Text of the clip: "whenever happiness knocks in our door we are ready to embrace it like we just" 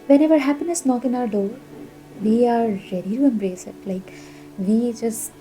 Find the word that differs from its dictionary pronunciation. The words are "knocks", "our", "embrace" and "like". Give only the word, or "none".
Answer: knocks